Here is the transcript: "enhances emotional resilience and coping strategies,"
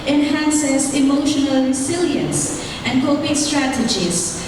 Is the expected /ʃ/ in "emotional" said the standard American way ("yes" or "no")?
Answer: yes